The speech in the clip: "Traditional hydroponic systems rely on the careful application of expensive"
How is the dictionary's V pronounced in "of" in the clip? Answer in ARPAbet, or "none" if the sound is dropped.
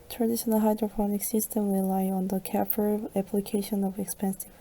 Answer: V